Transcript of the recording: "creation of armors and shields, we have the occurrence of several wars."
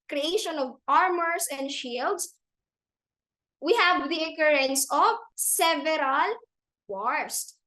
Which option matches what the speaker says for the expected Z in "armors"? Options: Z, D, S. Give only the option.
S